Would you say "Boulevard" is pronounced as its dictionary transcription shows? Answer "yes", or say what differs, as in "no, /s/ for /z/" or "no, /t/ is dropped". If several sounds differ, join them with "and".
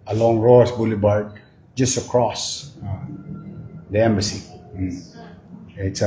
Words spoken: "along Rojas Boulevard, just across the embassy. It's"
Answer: no, /b/ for /v/